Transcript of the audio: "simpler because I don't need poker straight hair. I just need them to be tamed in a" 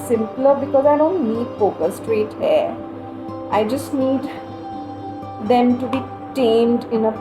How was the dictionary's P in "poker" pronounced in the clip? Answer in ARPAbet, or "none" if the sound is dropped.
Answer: F